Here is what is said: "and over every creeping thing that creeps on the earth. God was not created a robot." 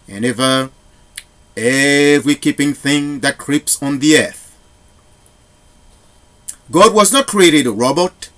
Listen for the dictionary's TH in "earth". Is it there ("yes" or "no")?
yes